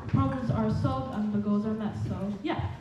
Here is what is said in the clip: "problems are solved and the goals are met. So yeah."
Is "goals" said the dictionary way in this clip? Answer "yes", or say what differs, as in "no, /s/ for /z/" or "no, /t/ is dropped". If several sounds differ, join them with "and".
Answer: yes